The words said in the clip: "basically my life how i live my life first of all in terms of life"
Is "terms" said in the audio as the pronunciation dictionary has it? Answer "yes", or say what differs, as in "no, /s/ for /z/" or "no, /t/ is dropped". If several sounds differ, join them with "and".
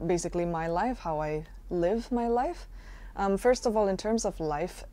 yes